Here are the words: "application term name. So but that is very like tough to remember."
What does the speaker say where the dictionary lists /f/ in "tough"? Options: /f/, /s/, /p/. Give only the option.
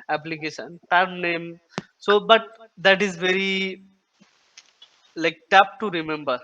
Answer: /p/